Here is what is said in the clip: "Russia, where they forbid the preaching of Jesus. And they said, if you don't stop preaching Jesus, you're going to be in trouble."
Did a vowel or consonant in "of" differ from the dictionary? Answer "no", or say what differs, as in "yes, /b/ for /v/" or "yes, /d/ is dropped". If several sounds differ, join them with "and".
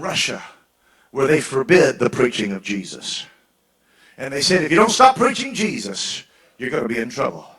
no